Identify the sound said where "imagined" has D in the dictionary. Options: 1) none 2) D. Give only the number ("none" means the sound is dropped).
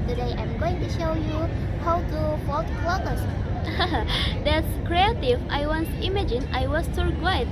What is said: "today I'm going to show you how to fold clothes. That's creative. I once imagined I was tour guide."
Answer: 1